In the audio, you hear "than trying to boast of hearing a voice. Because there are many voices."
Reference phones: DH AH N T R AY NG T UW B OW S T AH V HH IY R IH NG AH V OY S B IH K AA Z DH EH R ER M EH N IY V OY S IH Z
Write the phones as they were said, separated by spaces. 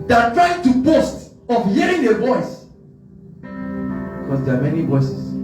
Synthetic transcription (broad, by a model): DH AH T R AY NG T UW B OW S T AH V HH IY R IH NG AH V OY S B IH K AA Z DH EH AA M EH N IY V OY S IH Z